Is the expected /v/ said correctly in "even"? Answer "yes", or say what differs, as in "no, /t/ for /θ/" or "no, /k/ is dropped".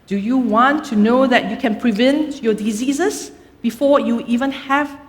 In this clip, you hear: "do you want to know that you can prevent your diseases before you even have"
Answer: yes